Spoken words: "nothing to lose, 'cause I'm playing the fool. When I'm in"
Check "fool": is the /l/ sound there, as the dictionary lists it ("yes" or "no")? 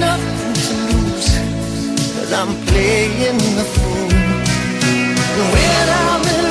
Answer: no